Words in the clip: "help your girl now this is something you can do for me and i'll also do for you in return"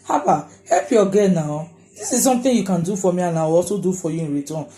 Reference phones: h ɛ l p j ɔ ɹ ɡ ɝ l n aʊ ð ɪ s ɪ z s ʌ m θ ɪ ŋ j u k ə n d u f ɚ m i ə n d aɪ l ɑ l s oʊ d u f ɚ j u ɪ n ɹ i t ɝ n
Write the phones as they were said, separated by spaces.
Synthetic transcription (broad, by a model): h ɛ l p j ɔ ɡ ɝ n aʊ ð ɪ s ɪ z s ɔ m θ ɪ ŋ j u k ə n d u f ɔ m i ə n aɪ w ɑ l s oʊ d u f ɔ j u ɪ n ɹ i t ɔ n